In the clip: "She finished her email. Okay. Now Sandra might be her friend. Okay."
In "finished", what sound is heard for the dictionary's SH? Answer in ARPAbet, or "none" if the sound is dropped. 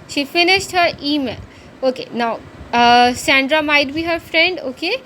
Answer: S